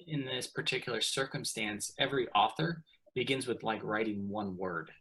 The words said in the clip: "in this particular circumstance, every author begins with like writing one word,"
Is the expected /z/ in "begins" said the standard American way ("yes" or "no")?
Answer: yes